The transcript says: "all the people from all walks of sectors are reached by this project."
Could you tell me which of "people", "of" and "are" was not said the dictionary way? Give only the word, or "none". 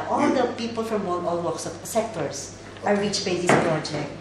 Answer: of